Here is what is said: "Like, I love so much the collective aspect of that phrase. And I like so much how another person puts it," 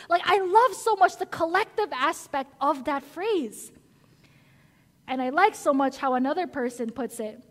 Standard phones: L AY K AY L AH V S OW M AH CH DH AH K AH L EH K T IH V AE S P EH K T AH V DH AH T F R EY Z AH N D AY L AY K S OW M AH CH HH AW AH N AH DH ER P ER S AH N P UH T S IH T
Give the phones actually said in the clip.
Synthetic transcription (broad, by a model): L AY K AY L AH V S OW M AH CH DH AH K AH L EH K T IH V AE S P EH K T AH V DH AH T F R EY Z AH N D AY L AY K S OW M AH CH HH AW AH N AH DH ER P ER S AH N P UH T S IH T